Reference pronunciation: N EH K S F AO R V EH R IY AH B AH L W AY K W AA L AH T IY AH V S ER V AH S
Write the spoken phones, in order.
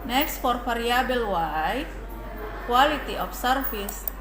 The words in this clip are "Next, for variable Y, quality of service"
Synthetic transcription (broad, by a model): N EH K S F AO R F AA R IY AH B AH L W AY K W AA L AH T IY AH F S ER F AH S